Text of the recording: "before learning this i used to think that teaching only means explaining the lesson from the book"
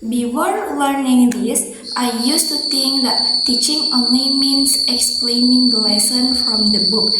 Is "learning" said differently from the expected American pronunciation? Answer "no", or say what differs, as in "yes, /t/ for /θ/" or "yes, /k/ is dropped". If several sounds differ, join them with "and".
no